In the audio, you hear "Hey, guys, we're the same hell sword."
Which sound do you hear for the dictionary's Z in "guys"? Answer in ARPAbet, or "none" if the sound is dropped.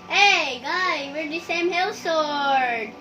none